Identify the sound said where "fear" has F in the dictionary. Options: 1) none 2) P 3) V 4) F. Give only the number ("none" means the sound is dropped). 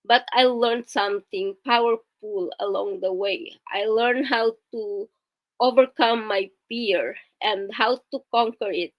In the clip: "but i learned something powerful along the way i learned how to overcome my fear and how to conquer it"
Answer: 2